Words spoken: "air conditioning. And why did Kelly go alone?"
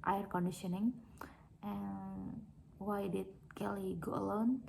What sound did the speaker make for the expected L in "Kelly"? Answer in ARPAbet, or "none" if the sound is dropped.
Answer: L